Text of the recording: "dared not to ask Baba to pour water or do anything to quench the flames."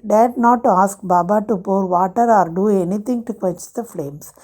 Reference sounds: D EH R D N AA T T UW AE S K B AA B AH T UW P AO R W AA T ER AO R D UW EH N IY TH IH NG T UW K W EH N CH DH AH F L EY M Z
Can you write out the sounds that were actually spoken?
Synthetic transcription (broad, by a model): D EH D N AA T T UW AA S K B AA B AH T UW P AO R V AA T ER AO R D UW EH N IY T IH NG T UW K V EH CH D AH F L EY M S